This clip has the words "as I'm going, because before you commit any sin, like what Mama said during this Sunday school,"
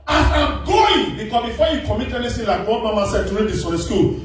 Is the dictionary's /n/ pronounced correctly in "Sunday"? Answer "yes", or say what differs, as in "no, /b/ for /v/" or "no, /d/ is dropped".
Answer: no, /n/ is dropped